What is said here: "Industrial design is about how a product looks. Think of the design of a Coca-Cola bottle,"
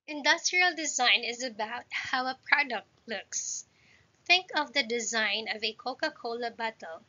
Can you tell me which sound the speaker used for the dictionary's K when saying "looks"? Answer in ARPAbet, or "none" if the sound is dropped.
K